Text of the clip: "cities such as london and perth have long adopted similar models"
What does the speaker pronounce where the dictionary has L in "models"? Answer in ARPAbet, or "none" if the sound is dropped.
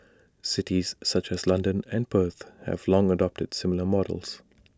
L